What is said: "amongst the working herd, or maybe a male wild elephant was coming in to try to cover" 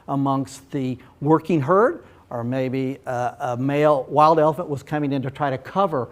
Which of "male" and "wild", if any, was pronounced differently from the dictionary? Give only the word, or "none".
none